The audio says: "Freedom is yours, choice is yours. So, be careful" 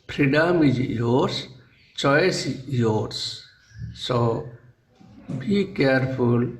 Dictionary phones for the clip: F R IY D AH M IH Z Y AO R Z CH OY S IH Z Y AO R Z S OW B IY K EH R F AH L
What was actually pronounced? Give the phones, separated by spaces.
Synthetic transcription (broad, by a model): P R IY D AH M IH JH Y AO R S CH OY IH S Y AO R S S OW B IY K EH R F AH L